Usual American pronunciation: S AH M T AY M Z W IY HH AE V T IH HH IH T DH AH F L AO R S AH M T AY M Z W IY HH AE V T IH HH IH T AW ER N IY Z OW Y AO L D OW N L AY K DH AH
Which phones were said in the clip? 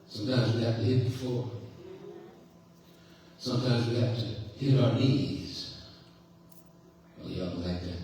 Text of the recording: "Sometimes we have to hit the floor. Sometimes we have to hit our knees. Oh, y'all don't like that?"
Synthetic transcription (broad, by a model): S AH M T AY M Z W IY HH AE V T IH HH IH T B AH F AO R S AH M T AY M Z W IY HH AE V T IH HH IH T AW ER N IY Z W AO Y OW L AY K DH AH